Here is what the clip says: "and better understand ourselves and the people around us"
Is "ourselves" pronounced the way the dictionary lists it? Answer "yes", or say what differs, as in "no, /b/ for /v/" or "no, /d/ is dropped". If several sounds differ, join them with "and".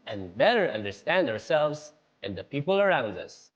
yes